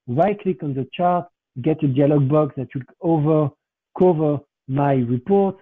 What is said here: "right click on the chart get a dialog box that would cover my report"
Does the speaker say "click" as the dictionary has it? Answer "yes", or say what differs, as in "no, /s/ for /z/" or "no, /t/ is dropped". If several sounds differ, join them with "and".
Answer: yes